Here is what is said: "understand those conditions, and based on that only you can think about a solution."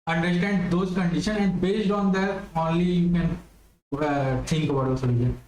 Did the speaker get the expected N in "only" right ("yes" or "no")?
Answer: yes